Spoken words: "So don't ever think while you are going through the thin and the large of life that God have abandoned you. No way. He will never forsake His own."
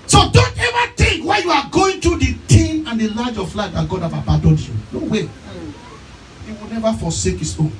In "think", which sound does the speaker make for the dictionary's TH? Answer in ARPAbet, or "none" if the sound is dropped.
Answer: T